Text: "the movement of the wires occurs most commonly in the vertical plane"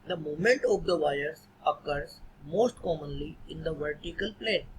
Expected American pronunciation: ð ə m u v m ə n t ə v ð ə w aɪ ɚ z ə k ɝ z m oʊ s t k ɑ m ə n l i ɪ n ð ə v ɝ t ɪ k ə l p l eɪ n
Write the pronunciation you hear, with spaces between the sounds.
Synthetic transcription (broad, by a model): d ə m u m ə n t ə v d ə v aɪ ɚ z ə k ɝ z m oʊ s t k ɑ m ə n l i ɪ n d ə v ɝ t ɪ k ə l p l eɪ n